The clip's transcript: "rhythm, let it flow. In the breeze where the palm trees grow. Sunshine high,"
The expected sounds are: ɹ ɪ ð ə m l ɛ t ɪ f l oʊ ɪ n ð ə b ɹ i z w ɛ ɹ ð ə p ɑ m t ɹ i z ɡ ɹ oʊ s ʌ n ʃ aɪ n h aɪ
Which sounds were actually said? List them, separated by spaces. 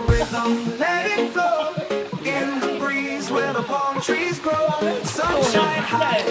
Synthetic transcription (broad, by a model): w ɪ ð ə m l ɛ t ɪ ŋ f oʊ ɪ n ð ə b ɹ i z w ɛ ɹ ð ə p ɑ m t ɹ i z ɡ ɹ oʊ s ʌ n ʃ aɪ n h aɪ